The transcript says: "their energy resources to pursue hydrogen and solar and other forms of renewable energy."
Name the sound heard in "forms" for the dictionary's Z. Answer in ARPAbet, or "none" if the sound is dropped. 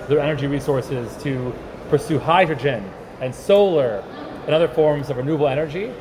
Z